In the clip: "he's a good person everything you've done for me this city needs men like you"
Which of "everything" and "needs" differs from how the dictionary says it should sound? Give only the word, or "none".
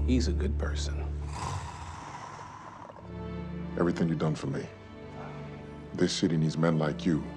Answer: none